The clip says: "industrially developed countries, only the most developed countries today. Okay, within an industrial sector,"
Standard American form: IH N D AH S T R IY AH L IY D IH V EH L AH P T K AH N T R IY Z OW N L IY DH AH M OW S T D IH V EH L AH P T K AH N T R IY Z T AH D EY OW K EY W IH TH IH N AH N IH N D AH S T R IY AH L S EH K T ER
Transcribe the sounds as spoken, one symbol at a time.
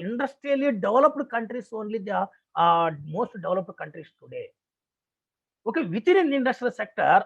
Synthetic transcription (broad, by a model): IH N D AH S T R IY L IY D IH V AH L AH P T K AH N T R IY S OW N L IY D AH M OW S T D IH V L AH P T K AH N T R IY S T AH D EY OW K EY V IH T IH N AH N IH N D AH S T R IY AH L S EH K T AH